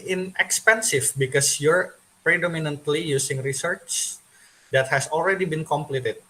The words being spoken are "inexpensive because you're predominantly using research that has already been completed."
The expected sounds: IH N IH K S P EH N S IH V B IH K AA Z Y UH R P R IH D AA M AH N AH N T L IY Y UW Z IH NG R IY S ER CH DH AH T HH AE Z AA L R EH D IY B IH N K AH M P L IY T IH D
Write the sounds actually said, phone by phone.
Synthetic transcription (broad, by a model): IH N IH K S P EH N S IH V B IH K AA S Y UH R P R IH D AA M AH N AH N T L IY Y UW S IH NG R IY S ER CH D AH T HH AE S AA L R EH D IY B IH N K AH M P L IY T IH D